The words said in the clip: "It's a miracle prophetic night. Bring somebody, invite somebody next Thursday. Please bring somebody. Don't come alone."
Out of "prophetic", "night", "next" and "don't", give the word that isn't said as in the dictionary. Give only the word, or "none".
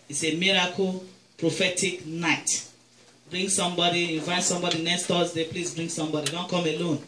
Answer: next